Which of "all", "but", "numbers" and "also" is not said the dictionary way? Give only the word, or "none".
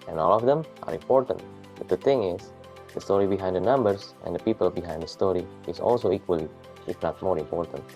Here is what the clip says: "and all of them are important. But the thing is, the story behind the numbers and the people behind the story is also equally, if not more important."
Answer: numbers